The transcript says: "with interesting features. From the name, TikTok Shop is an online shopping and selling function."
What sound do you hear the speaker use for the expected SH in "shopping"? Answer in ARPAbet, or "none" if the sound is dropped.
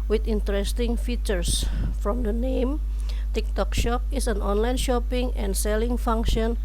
SH